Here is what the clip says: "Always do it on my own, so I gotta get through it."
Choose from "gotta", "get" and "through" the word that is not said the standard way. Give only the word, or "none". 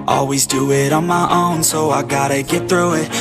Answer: none